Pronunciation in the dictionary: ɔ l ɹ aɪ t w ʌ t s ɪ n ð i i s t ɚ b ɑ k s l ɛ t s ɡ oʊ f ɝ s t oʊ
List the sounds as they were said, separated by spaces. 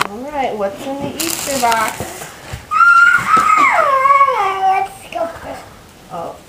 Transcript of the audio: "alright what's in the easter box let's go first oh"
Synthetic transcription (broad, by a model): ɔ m ɹ aɪ t w ʌ t s ɪ n ð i i s t ɚ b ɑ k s w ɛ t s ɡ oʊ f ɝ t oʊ